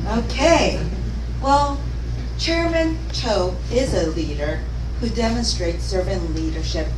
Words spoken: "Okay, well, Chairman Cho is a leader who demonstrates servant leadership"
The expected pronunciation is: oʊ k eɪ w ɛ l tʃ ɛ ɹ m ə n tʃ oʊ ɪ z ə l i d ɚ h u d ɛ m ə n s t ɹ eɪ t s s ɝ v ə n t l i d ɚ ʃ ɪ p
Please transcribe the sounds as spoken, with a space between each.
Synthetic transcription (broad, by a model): oʊ k eɪ w ɛ l tʃ ɛ ɹ m ə n tʃ oʊ ɪ z ə l i d ɚ h u d ɛ m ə n s t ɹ eɪ t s s ɝ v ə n l i d ɚ ʃ ɪ p